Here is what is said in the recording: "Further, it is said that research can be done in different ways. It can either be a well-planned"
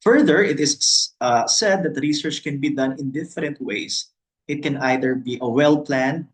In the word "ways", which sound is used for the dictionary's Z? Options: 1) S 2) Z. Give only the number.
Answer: 1